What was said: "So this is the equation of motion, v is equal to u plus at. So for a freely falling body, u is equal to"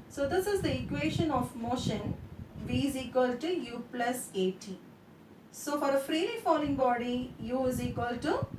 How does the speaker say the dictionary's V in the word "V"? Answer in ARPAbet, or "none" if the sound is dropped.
V